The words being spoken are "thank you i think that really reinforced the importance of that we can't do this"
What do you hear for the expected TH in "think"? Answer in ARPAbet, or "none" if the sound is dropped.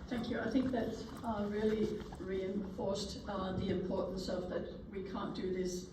TH